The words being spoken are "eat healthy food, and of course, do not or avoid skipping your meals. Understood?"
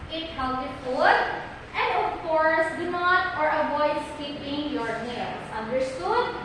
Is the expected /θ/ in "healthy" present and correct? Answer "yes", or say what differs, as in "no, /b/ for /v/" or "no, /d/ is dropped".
no, /t/ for /θ/